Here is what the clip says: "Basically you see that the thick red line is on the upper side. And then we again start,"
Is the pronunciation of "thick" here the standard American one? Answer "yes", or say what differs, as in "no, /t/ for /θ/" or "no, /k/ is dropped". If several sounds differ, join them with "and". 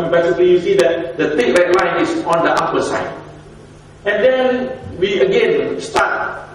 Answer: no, /t/ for /θ/